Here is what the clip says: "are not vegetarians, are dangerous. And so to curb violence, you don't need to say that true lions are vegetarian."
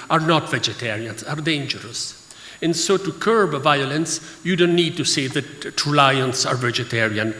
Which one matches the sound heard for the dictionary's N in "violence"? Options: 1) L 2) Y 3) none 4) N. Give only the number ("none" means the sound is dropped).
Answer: 4